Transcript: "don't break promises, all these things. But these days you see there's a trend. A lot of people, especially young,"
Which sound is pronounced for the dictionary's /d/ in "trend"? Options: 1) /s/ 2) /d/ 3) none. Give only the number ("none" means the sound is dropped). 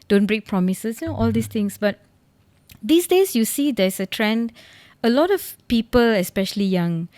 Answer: 2